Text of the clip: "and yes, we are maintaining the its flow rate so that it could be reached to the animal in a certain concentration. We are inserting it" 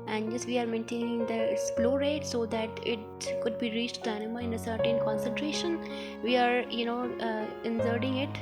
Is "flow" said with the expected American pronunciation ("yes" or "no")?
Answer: no